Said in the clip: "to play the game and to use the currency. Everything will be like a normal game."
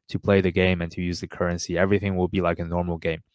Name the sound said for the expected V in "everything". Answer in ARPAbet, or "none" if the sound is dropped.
V